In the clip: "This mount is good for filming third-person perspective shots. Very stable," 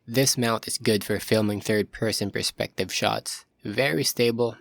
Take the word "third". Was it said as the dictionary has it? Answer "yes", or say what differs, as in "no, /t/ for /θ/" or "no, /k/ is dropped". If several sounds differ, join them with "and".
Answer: yes